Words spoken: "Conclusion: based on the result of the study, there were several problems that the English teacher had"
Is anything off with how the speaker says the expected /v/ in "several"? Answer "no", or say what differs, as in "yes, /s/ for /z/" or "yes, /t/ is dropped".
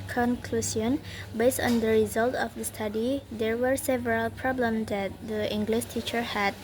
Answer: no